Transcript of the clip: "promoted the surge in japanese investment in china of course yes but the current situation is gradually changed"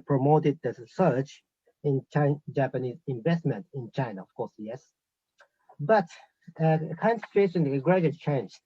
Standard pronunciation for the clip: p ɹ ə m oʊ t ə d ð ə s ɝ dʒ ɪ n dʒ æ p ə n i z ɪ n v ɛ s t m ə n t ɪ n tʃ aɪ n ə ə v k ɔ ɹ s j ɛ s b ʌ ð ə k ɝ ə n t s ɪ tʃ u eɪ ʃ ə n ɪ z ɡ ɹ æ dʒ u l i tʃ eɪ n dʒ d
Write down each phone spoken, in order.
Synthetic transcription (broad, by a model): p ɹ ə m oʊ t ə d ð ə s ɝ tʃ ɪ n dʒ æ p ə n i z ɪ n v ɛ s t m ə n t ɪ n tʃ aɪ n ə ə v k ɔ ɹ s j ɛ s b ʌ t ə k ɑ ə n s ɪ tʃ u eɪ ʃ ə n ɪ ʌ ɡ ɹ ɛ u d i tʃ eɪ n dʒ